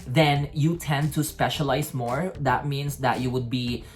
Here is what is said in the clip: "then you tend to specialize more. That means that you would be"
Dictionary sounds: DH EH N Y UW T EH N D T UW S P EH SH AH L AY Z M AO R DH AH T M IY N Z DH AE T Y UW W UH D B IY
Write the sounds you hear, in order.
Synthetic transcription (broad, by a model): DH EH N Y UW T EH N D T UW S P EH SH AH L AY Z M AO R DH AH T M IY N S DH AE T Y UW W UH D B IY